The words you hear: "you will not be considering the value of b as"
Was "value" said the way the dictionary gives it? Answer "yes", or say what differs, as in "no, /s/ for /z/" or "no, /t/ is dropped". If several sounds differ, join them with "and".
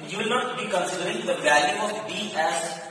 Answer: no, /b/ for /v/